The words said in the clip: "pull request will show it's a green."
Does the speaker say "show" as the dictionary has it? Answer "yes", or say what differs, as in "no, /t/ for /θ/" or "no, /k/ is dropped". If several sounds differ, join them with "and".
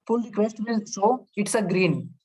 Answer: no, /s/ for /ʃ/